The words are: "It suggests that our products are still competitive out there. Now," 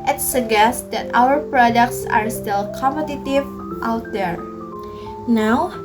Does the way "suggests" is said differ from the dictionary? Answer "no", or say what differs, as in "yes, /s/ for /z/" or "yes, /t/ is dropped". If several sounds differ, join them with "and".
yes, /dʒ/ is dropped